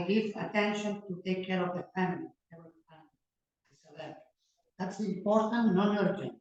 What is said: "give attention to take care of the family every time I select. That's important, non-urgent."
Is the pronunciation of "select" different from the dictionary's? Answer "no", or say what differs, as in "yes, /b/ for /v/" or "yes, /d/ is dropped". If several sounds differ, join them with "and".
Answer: yes, /l/ is dropped